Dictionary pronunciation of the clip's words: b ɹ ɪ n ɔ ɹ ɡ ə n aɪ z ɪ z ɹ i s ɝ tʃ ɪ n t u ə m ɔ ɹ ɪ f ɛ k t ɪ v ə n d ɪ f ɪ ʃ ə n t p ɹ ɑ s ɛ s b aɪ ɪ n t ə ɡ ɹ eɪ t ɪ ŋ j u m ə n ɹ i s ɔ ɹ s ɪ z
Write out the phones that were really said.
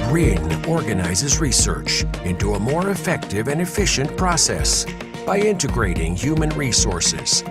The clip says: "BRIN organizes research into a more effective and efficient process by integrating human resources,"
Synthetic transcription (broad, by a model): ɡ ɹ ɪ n ɔ ɹ ɡ ə n aɪ z ɪ z ɹ i s ɝ tʃ ɪ n t u ə m ɔ ɹ ɪ f ɛ k t ɪ v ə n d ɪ f ɪ ʃ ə n p ɹ ɑ s ɛ s b aɪ ɪ n t ə ɡ ɹ eɪ t ɪ ŋ j u m ə n ɹ i s ɔ ɹ s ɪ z